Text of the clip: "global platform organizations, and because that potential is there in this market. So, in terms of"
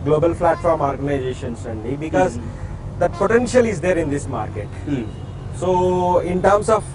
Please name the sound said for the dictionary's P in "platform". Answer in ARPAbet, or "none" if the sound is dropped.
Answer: F